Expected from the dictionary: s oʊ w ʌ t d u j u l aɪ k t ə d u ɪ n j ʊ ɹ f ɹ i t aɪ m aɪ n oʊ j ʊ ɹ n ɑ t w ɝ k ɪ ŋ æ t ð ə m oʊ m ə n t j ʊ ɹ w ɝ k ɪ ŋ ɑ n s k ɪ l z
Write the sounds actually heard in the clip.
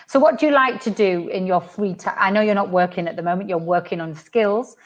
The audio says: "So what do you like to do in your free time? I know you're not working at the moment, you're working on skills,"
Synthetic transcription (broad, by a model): s oʊ w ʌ t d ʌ j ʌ l aɪ k t ə d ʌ ɪ n j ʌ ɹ f ɹ i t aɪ aɪ n oʊ j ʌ ɹ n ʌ t w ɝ k ɪ ŋ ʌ t ð ə m oʊ m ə n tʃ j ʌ ɹ w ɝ k ɪ ŋ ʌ n s k ɪ l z